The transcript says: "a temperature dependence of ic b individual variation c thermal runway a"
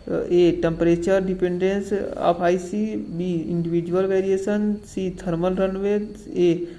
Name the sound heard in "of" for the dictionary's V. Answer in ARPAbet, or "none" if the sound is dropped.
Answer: P